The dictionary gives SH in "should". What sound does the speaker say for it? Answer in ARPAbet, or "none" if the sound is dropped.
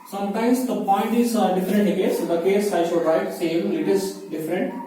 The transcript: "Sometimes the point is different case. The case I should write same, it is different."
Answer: SH